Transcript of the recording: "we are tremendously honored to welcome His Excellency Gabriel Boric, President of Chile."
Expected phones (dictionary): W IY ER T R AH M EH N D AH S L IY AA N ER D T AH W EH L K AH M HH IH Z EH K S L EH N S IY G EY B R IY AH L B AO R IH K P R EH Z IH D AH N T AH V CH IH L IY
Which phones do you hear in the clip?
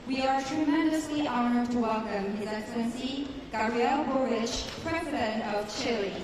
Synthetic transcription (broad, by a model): W IY ER T R AH M EH N D AH S L IY AA N ER D T AH W EH L K AH M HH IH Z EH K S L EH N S IY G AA R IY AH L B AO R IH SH P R EH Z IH D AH N T AH V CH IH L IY